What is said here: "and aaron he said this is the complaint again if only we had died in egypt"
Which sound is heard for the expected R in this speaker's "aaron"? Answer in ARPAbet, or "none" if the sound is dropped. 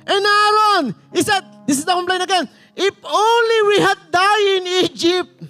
none